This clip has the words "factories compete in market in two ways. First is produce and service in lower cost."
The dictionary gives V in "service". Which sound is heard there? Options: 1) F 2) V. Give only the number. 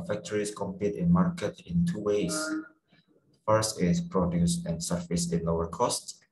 1